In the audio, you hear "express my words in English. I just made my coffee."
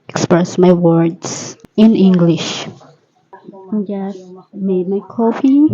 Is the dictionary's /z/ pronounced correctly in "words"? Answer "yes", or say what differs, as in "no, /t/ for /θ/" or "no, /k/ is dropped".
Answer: no, /s/ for /z/